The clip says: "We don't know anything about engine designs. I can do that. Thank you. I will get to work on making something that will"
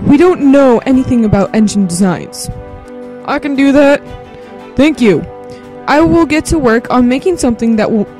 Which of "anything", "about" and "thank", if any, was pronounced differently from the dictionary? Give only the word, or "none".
none